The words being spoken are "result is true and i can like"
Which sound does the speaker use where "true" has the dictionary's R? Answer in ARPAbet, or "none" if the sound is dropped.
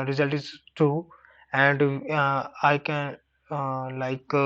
none